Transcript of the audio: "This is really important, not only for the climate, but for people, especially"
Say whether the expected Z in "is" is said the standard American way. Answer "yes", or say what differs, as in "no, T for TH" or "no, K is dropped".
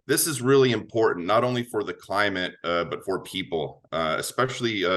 yes